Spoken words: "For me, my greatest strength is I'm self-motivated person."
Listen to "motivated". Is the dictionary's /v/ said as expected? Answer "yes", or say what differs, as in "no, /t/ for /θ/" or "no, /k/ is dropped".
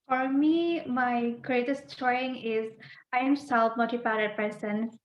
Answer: no, /p/ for /v/